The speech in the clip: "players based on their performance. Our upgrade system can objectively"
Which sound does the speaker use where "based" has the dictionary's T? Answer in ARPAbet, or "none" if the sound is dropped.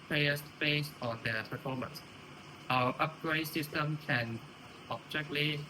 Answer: none